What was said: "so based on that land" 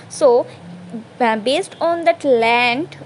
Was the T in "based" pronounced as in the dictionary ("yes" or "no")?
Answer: yes